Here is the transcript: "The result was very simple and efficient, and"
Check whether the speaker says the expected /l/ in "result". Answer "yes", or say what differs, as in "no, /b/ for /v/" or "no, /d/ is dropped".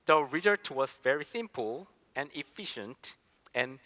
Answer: no, /l/ is dropped